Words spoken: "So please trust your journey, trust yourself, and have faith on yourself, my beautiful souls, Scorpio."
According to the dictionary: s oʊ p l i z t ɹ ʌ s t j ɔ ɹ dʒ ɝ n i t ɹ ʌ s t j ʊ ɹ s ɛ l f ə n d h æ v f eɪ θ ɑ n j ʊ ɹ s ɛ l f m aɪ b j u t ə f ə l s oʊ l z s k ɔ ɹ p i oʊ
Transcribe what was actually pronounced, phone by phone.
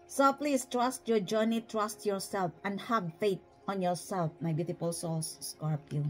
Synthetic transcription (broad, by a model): s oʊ p l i s t ɹ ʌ s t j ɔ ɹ dʒ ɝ n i t ɹ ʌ s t j ʊ ɹ s ɛ l f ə n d h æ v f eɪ t ɑ n j ʊ ɹ s ɛ l f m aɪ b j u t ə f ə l s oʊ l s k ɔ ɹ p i